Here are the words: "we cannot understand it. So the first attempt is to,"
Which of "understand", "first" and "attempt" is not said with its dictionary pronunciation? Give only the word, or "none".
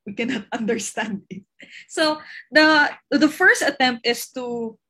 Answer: none